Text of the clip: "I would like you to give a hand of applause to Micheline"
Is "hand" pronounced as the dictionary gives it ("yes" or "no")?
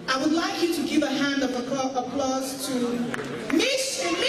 yes